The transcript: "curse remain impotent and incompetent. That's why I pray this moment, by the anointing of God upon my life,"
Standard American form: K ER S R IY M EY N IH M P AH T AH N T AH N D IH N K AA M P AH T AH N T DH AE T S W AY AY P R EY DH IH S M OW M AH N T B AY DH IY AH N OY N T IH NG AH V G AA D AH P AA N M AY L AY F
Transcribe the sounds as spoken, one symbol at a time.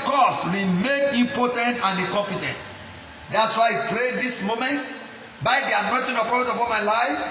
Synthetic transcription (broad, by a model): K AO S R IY M EY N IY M P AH T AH N T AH N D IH K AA M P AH T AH N T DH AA T S W AY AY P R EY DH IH S M OW M AH N T B AY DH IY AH N OY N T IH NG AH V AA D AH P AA L M AY L AY F